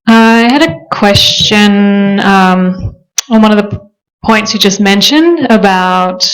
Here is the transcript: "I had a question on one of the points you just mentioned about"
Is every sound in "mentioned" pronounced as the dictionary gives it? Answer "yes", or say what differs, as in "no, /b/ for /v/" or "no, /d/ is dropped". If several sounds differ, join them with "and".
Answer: yes